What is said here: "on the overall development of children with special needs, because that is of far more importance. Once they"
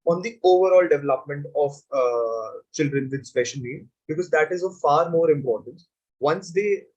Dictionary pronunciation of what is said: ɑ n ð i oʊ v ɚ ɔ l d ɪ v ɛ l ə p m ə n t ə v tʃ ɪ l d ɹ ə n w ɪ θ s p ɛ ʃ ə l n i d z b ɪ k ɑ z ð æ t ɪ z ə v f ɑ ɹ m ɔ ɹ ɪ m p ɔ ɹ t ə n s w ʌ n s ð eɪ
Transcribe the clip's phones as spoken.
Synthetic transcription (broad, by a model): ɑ n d i oʊ v ɚ ɔ l d ɪ v ɛ l ə p m ə n t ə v tʃ ɪ l d ɹ ə n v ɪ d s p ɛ ʃ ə n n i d b ɪ k ɑ z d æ t ɪ z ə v f ɑ ɹ m ɔ ɹ ɪ m p ɔ ɹ t ə n s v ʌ n s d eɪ